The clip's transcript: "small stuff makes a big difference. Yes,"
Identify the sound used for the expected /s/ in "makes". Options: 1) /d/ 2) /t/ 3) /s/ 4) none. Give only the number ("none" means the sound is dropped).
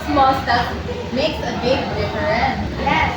3